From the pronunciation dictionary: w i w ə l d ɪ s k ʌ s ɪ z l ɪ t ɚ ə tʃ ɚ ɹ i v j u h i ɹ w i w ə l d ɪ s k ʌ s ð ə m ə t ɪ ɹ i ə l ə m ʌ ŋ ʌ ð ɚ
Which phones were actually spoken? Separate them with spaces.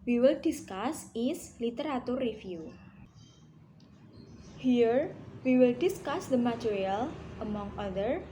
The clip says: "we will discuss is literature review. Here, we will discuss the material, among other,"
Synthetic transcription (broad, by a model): w i w ə l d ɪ s k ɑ s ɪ s l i t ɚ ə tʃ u ɹ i f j u h i ɹ w i w ə l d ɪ s k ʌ s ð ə m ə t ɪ ɹ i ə l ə m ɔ ŋ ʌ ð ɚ